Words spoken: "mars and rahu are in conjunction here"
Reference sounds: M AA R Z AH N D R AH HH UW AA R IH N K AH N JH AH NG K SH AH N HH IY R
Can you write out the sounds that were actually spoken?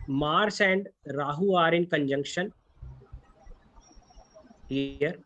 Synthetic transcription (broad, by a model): M AA R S AH N D R AH HH UW AA R IH N K AH N JH AH NG K SH AH N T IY R